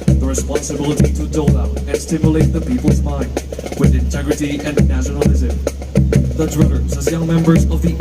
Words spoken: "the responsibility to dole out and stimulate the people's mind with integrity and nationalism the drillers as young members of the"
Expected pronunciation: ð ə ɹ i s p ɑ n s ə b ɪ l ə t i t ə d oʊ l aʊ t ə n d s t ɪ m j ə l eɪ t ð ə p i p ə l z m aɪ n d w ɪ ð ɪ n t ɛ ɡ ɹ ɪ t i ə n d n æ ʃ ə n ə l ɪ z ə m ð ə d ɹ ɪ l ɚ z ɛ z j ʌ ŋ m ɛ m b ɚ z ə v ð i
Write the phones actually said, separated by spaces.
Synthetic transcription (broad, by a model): ð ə ɹ i s p ɑ n s ə b ɪ l ə t i t ə d oʊ l aʊ t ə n s t ɪ m j ə l eɪ t ð ə p i p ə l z m aɪ n d w ɪ ð ɪ n t ɛ ɡ ɹ ɪ t i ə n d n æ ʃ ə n l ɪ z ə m ð ə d ɹ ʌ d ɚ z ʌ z j ʌ ŋ m ɛ m b ɚ z ə v ð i